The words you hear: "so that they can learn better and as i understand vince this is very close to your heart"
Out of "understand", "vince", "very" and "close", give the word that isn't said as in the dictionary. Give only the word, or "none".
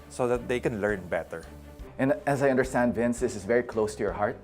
none